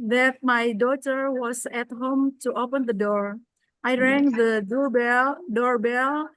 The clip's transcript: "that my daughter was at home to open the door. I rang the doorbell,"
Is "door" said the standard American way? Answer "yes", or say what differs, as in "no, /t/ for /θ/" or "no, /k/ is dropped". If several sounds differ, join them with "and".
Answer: yes